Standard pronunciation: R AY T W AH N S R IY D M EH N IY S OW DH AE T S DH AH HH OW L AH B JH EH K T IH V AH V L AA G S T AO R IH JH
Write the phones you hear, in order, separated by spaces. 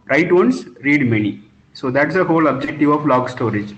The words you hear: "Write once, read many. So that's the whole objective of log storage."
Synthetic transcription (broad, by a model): R AY T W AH N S R IY D M EH N IY S OW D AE T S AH HH OW L AH B JH EH K T IH V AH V L AA G S T AO R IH JH